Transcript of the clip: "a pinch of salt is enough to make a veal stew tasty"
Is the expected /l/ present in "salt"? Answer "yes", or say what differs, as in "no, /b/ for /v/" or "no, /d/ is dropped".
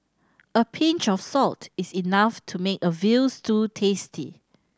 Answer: yes